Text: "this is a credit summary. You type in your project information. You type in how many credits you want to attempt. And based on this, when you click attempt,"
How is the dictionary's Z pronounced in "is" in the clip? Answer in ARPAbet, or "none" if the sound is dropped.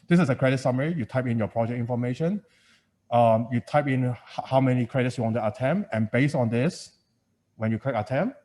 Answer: S